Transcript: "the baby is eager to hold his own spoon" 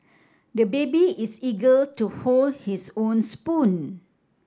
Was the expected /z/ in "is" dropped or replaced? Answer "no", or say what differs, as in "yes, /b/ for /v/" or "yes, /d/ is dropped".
yes, /s/ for /z/